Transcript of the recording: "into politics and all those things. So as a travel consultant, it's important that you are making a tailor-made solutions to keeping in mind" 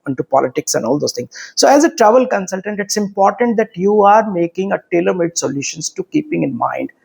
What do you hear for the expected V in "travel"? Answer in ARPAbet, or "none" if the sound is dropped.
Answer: V